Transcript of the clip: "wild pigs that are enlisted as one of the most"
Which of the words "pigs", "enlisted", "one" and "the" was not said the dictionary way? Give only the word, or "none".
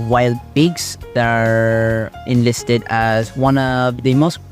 pigs